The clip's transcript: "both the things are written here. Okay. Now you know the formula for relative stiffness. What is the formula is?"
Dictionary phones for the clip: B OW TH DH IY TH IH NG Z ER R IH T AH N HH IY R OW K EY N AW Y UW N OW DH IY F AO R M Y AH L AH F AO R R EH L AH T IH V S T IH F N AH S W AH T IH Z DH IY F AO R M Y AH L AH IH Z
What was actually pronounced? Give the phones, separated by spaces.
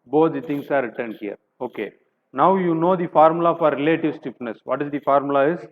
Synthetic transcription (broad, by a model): B OW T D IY T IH NG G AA R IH T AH N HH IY R OW K EY N AW Y UW N OW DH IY F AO R M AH L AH F AO R R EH L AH T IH V S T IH P N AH S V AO T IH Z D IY F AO R M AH L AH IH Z